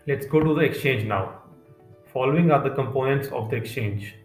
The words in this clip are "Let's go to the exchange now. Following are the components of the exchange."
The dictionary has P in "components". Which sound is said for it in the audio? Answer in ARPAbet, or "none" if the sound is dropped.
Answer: P